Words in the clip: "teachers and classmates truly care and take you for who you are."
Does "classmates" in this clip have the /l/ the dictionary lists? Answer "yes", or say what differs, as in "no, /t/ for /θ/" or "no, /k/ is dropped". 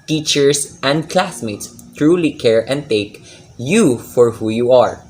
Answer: yes